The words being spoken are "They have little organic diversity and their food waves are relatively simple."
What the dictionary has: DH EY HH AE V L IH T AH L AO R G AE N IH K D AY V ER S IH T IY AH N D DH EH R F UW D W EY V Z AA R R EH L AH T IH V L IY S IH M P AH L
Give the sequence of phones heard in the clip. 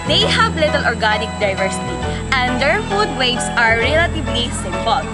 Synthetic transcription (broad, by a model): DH EY HH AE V L IH T AH L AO R G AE N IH K D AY V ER S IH T IY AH N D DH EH R F UW D W EY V S AA R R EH L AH T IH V L IY S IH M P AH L